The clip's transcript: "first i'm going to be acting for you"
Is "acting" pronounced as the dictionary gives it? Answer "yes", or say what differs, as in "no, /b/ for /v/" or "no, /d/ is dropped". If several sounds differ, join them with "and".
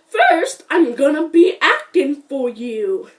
yes